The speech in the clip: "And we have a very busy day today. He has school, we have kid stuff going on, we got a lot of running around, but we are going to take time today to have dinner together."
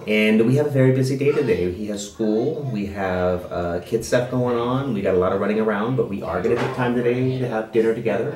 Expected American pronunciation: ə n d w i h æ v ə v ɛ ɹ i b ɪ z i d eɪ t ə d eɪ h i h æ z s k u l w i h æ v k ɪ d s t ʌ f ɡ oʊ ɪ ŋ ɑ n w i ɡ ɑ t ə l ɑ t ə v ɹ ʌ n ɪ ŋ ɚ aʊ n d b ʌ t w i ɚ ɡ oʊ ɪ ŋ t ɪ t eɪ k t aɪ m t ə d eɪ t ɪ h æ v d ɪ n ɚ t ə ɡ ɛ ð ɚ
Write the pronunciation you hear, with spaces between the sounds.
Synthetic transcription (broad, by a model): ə n w i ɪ v ə v ɛ ɹ i b ɪ z i d eɪ t ə d eɪ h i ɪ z s k u l w i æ v k ɪ d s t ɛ p ɡ oʊ ɪ ŋ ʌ n w i ɡ ɑ t ə l ɑ t ə v ɹ ʌ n ɪ ŋ ɚ aʊ n d b ʌ t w i ɚ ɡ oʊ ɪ t ɪ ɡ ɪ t t aɪ m t ə d eɪ t ɪ v d ɪ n ɚ t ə ɡ ɛ ð ɚ